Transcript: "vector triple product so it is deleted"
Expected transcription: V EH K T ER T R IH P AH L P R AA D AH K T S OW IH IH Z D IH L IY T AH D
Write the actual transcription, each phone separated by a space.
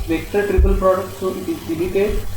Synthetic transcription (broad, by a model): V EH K T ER T R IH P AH L P R AA D AH K T S OW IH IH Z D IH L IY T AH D